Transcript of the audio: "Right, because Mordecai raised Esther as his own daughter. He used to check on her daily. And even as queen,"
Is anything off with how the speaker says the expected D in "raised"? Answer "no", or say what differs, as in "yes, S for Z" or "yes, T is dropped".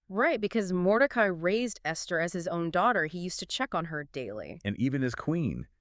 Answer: no